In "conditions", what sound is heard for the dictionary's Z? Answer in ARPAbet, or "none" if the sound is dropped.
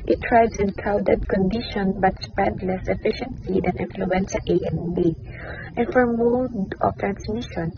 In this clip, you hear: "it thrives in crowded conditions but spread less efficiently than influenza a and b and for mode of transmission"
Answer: none